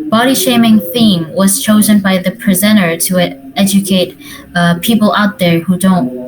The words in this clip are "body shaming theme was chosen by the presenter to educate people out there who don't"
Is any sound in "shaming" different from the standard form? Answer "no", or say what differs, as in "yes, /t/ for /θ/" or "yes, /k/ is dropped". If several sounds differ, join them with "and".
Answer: no